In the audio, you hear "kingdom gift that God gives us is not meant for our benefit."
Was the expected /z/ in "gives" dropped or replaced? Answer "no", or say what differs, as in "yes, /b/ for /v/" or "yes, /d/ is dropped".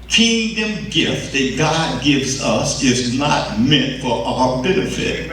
no